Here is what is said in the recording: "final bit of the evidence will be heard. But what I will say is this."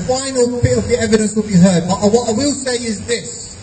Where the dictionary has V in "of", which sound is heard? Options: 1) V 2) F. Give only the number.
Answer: 1